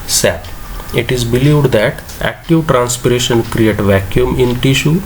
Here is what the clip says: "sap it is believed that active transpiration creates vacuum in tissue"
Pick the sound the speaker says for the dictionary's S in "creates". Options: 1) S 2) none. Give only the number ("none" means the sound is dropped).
2